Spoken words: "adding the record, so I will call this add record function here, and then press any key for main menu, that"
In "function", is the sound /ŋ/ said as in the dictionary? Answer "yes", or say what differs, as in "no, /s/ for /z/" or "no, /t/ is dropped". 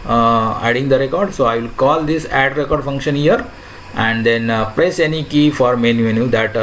yes